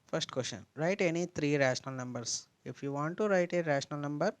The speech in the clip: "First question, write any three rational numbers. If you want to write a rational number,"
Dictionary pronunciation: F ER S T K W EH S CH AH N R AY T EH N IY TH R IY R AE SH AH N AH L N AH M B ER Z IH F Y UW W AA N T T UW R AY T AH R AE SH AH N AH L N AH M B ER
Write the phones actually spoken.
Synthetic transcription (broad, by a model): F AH S T K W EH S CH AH N R AY T EH N IY T R IY R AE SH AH N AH L N AH M B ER S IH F Y UW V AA N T T UW R AY T AH R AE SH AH N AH L N AH M B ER